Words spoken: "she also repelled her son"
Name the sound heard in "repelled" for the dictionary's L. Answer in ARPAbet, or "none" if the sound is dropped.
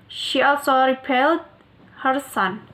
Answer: L